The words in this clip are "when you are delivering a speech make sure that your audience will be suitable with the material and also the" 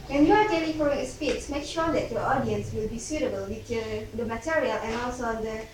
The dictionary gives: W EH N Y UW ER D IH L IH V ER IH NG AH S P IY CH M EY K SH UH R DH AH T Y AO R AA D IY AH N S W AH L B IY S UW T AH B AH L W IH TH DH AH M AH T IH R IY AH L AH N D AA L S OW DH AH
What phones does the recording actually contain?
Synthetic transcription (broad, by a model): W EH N Y UW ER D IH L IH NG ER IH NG AH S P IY S M EY K SH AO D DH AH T Y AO AA D IY AH N S W AH L B IY S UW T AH B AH L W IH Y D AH M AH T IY R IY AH L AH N AA L S OW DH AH